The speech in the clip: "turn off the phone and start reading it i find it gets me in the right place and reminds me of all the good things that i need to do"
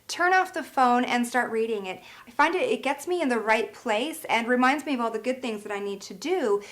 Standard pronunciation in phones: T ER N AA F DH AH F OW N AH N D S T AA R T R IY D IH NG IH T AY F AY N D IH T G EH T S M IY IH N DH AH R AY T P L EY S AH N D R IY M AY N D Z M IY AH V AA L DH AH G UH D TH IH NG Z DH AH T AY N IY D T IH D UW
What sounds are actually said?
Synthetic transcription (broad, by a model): T ER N AA F DH AH F OW N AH N S T AA R T R IY D IH NG IH T AY F AY N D IH T G EH T S M IY IH N DH AH R AY T P L EY S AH N R IY M AY N D Z M IY AH V AA L DH AH G UH D TH IH NG Z DH AH T AY N IY D T IH D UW